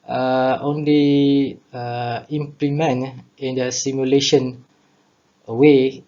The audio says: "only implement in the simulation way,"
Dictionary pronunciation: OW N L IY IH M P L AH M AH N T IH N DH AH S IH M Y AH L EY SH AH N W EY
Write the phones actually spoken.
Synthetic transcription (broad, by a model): OW N L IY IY M P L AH M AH N IH N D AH S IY M Y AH L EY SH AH N W EY